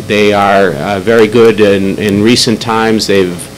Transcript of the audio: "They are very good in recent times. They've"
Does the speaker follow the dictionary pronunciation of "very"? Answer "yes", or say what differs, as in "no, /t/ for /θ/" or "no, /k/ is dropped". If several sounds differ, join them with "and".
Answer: yes